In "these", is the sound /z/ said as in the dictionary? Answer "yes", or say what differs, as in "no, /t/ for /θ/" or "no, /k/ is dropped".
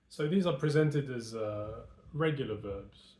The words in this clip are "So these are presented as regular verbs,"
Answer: yes